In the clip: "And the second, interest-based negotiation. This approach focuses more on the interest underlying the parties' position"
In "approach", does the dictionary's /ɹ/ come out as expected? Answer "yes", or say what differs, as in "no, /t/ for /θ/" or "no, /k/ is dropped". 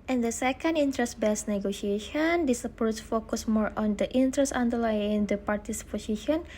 no, /ɹ/ is dropped